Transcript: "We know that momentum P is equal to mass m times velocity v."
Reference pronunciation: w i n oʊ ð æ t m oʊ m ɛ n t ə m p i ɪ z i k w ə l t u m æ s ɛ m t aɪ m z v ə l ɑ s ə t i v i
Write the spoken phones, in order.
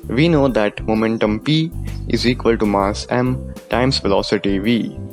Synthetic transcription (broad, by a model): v i n oʊ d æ t m oʊ m ɛ n t ə m p i ɪ z i k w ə l t u m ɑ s ɛ m t aɪ m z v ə l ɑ s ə t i v i